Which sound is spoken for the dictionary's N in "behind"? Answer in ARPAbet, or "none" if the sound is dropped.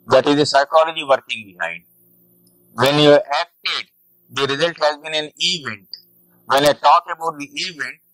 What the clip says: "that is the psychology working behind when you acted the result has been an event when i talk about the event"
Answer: none